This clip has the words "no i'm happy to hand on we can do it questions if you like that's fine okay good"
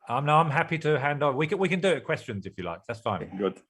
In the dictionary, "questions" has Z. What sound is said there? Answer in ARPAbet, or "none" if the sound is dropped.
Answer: Z